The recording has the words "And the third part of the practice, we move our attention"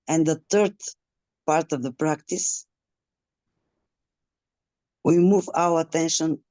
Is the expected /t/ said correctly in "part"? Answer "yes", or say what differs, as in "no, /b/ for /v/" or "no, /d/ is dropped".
yes